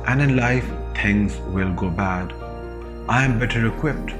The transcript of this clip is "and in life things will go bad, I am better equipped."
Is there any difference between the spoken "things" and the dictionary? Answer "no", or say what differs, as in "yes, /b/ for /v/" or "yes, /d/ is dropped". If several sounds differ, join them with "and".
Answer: yes, /t/ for /θ/